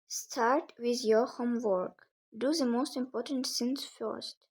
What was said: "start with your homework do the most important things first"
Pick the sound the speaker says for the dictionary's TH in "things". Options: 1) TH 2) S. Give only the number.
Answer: 2